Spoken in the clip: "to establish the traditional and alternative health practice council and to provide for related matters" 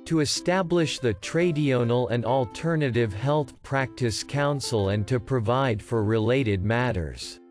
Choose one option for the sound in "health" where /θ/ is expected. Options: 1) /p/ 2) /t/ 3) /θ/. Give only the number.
3